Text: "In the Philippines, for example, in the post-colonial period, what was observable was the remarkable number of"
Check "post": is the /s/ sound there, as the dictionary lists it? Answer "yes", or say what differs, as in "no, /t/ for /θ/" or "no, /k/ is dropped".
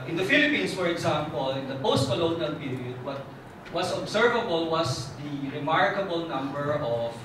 yes